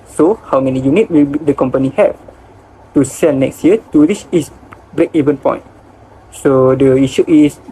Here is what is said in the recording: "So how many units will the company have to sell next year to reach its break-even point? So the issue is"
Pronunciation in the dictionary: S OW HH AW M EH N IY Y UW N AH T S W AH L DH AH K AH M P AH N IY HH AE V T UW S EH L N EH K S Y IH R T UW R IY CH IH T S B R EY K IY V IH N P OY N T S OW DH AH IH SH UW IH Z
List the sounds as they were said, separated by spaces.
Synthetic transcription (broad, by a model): S OW HH AW M EH N IY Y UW N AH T W AH L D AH K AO M P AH N IY HH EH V T UW S EH N EH K S Y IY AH T UW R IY S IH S B R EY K IY V IH N P OY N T S OW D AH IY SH UW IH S